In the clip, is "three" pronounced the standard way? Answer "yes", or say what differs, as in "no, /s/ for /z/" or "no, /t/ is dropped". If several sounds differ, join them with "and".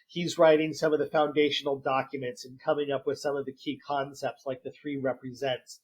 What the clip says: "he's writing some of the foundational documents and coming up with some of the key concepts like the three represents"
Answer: yes